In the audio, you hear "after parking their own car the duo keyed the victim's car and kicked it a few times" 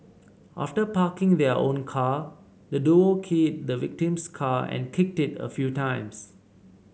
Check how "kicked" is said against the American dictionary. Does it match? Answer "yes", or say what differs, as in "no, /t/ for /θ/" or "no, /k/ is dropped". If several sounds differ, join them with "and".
yes